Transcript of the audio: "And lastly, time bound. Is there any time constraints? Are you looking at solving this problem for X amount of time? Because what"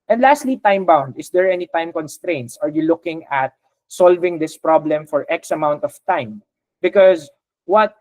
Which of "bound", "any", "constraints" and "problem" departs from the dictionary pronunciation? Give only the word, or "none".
none